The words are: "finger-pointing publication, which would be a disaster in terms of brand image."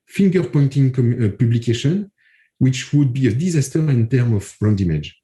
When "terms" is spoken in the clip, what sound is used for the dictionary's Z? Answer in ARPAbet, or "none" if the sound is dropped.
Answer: none